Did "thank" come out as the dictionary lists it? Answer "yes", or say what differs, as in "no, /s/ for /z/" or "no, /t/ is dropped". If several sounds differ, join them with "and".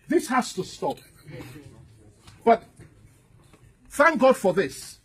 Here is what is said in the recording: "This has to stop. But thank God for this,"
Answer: yes